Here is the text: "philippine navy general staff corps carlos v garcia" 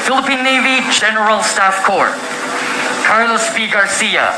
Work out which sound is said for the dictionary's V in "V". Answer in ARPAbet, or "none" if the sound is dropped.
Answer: P